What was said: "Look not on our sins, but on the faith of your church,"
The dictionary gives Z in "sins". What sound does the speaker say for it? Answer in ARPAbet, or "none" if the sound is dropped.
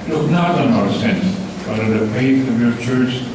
none